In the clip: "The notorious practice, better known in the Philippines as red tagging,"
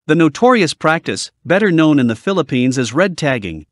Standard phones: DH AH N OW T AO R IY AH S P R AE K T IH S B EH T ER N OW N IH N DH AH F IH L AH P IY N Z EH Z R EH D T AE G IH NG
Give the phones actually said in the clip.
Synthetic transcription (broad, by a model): DH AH N OW T AO R IY AH S P R AE K T IH S B EH T ER N OW N IH N DH AH F IH L AH P IY N Z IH Z R EH D T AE G IH NG